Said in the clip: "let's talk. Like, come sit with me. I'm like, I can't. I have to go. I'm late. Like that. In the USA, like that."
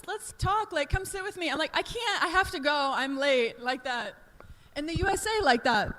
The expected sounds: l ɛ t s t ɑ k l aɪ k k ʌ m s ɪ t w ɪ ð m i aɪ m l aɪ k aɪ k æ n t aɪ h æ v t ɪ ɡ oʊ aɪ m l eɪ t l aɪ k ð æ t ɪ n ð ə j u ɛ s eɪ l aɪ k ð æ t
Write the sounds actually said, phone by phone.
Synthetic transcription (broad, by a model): l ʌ t s t ɑ k l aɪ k k ʌ m s ɪ t w ɪ ð m i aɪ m l aɪ k aɪ k æ n t aɪ h æ f t ɪ ɡ oʊ aɪ m l eɪ t l aɪ k ð æ t ɪ n ð ə j u ɛ s eɪ l aɪ k ð æ t